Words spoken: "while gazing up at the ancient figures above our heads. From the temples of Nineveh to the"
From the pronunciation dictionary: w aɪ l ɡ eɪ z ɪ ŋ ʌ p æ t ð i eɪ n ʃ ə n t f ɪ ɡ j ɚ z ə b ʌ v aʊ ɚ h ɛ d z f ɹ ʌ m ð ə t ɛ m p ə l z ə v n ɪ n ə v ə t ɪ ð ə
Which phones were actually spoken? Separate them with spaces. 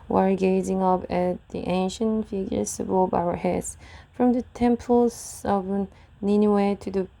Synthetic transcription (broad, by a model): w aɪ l ɡ eɪ z ɪ ŋ ʌ p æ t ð i eɪ n ʃ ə n f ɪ ɡ j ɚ s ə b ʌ b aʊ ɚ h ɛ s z f ɹ ʌ m ð ə t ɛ m p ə l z ə v n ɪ n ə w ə t ɪ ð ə